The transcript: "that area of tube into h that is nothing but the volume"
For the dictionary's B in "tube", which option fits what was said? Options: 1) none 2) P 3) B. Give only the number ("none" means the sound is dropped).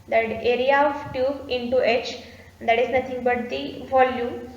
1